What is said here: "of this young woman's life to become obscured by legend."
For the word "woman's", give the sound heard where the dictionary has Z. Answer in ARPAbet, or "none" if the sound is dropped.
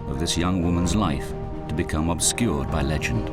Z